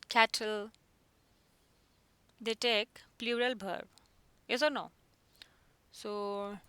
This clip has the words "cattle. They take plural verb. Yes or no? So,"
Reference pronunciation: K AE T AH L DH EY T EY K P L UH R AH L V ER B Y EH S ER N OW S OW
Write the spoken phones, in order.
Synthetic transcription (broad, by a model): K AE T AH L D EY T EY K P L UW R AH L B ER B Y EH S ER N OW S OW